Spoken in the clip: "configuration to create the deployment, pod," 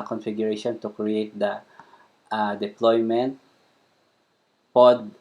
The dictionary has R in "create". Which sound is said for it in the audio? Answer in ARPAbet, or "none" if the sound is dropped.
R